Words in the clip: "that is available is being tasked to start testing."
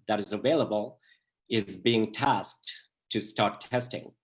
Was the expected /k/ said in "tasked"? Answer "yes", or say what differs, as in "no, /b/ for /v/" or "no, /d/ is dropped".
yes